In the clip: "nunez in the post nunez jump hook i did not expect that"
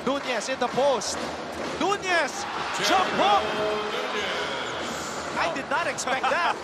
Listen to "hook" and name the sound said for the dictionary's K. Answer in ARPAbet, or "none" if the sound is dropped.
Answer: none